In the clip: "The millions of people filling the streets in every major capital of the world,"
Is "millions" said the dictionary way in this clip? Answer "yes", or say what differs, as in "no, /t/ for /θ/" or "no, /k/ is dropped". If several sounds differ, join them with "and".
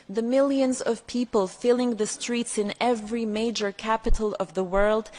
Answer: yes